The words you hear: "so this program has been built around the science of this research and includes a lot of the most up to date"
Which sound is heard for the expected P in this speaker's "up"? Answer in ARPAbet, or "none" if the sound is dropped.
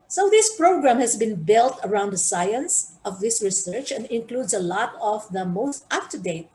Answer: F